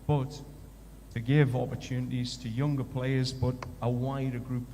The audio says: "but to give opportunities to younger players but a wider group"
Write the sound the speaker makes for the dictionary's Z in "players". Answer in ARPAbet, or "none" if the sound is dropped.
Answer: Z